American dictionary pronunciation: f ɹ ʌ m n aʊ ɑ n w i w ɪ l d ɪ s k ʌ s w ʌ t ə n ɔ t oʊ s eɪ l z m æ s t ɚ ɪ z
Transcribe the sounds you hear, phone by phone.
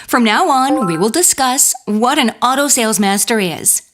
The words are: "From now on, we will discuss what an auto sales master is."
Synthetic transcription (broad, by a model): f ɹ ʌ m n aʊ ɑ n w i w ɪ l d ɪ s k ʌ s w ʌ t ə n ɔ t oʊ s eɪ l z m æ s t ɚ ɪ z